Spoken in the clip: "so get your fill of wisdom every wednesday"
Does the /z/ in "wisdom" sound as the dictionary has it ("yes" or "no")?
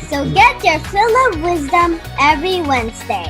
yes